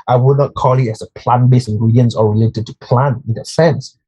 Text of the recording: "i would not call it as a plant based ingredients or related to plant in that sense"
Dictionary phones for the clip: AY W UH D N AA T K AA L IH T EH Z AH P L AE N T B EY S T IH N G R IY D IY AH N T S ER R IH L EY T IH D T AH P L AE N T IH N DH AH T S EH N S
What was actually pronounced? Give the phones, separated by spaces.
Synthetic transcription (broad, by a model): AY W UH D N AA T K AA L IH T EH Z AH P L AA N B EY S IH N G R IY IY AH N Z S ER R IH L EY T IH D T AH P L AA N IH N DH AH T S EH N S